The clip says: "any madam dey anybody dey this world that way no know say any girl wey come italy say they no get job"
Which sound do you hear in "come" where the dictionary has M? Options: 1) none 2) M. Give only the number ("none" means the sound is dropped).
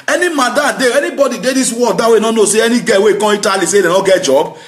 1